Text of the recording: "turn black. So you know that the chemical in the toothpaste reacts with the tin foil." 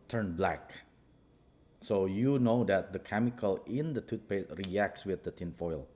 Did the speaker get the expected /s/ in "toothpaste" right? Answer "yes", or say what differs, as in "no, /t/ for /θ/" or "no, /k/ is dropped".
no, /s/ is dropped